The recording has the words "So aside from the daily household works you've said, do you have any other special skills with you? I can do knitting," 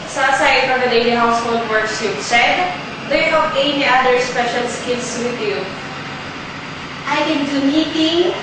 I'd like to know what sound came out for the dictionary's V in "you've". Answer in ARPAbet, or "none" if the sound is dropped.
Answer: P